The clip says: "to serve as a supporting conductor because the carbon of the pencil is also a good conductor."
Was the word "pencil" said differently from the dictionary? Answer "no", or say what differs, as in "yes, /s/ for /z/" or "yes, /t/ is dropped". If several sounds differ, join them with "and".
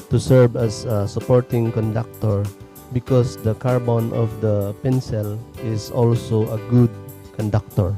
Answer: no